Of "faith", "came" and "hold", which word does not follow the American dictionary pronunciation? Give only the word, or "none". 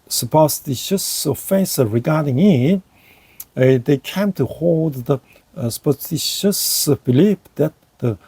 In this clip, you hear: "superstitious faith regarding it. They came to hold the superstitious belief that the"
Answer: faith